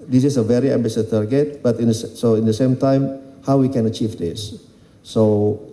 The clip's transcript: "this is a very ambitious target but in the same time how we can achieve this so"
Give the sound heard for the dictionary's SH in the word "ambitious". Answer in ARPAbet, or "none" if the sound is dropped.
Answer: S